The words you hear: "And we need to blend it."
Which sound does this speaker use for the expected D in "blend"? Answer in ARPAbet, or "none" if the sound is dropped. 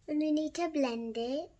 D